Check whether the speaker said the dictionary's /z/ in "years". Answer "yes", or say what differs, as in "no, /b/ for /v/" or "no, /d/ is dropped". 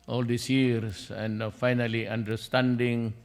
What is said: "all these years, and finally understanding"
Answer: no, /s/ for /z/